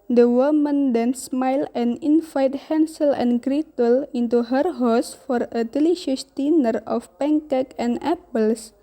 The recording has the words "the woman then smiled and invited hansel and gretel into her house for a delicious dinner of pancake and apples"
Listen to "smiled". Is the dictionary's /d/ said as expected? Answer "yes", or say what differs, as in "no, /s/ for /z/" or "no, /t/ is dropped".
no, /d/ is dropped